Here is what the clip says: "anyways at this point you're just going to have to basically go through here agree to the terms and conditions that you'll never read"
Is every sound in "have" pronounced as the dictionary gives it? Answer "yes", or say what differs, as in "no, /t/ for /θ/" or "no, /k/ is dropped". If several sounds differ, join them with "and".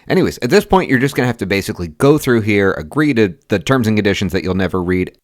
no, /f/ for /v/